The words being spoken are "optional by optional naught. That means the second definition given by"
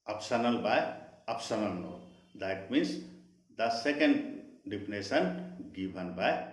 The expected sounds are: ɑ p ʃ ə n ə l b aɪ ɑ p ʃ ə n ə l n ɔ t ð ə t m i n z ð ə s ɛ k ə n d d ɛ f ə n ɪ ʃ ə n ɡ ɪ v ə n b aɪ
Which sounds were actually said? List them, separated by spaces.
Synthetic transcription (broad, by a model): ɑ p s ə n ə l b aɪ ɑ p s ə n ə l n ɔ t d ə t m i n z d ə s ɛ k ə n d d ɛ p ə n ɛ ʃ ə n ɡ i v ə n b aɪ